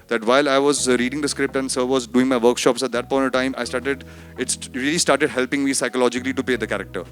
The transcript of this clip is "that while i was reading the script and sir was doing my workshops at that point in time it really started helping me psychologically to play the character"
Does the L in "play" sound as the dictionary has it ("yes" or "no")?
no